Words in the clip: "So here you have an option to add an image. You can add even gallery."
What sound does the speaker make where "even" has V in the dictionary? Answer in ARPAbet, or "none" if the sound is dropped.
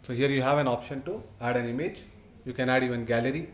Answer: none